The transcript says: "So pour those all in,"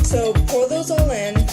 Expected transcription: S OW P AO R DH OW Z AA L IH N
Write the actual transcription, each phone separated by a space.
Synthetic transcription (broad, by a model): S OW F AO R DH OW Z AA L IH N